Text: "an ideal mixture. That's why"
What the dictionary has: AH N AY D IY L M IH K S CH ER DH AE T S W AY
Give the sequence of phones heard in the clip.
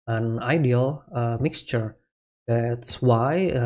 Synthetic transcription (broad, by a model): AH N AY D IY L M IH K S CH ER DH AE T S W AY